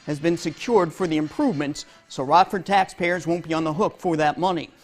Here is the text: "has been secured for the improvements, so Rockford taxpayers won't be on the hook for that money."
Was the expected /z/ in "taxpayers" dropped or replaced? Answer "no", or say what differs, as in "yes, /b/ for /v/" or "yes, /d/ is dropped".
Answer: no